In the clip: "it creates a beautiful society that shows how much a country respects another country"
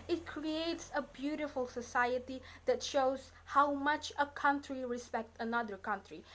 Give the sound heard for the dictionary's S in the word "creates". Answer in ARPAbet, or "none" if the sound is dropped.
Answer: S